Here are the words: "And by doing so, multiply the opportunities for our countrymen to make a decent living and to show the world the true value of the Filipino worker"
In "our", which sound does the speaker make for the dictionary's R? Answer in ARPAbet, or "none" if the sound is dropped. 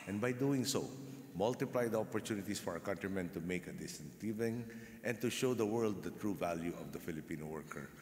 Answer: R